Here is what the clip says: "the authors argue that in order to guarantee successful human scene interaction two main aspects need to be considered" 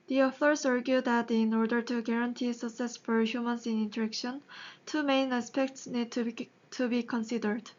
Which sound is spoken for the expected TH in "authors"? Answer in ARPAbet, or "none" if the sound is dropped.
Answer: F